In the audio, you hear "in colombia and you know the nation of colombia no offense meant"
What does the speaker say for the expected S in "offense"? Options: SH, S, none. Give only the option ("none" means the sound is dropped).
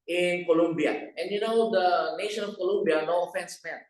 S